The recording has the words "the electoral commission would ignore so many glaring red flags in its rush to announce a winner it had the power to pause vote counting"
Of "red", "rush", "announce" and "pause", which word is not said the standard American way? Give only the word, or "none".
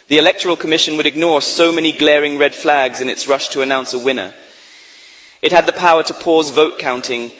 none